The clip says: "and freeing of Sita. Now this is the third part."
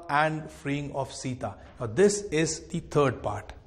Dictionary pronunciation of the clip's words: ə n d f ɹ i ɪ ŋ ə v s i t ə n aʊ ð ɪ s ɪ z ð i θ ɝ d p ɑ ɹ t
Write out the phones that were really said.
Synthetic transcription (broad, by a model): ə n d f ɹ i ɪ ŋ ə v s i t ə n aʊ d ɪ s ɪ z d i t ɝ d p ɑ ɹ t